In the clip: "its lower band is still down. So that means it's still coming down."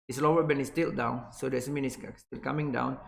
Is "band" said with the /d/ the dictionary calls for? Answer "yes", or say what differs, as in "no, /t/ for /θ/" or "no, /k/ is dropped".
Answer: no, /d/ is dropped